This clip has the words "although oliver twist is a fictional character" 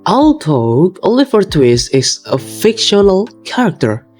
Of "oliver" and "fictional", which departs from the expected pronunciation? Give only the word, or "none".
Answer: oliver